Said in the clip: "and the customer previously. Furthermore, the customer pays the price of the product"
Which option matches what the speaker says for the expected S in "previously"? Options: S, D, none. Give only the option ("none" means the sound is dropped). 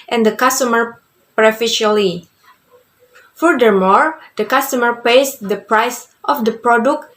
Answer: none